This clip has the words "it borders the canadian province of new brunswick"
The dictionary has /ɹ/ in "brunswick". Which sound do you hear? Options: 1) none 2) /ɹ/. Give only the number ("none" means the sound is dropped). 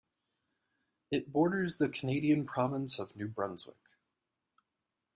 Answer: 2